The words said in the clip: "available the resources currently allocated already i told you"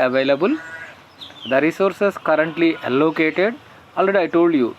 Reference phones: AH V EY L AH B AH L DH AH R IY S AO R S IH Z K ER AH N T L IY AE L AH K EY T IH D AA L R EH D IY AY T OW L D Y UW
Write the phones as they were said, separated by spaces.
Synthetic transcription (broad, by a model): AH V EY L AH B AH L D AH R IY S AO R S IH S K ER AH N T L IY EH L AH K EY T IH D AA L R EH D IY AY T OW L D Y UW